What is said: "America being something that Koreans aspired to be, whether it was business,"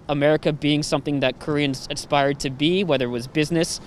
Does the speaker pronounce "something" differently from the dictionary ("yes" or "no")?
no